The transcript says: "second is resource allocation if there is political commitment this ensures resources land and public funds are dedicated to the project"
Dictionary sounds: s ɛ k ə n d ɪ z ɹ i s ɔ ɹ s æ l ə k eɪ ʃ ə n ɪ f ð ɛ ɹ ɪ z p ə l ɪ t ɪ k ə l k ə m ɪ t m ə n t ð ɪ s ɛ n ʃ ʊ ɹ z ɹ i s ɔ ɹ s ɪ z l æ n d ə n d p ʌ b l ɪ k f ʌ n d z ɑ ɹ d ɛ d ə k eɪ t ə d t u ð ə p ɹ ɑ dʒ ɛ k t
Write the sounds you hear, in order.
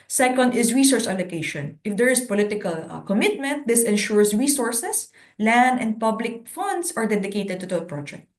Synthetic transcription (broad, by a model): s ɛ k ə n d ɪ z ɹ i s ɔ ɹ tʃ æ l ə k eɪ ʃ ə n ɪ f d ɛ ɹ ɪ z p ə l ɪ t ɪ k ə l k ə m ɪ t m ə n t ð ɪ s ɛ n ʃ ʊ ɹ s ɹ i s ɔ ɹ s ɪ s l æ n d ə n d p ʌ b l ɪ k f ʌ n d s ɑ ɹ d ɛ d ə k eɪ t ə d t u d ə p ɹ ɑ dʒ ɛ k t